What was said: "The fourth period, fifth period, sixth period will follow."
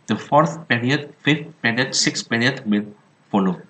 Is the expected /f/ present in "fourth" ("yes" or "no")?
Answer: yes